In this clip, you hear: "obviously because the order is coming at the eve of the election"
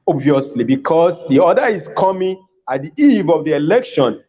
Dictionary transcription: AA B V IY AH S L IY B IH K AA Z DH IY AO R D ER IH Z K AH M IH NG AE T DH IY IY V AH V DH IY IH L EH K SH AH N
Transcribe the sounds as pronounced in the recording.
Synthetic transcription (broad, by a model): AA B V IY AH S L IY B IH K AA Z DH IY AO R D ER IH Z K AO M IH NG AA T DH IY IY V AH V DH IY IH L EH K SH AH N